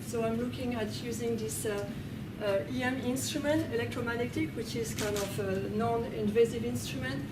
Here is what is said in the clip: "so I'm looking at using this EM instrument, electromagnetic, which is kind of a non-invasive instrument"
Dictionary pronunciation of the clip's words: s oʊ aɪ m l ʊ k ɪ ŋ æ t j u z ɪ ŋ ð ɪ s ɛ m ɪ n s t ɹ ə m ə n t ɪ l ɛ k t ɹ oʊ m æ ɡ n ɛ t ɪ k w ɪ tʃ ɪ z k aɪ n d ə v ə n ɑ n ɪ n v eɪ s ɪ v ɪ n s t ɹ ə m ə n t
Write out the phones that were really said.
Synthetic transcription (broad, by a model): s oʊ aɪ m l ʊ k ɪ ŋ æ t j u z ɪ ŋ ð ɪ s ɛ m ɪ n s t ɹ ə m ə n t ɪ l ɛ k t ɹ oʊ m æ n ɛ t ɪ k w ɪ tʃ ɪ z k aɪ n d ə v ə n ɑ n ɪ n v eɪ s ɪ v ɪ n s t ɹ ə m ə n t